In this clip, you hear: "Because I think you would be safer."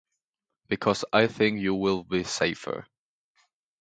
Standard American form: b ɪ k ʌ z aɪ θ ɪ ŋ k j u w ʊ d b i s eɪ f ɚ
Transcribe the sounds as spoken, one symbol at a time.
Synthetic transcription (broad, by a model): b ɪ k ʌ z aɪ θ ɪ ŋ k j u w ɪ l b i s eɪ f ɚ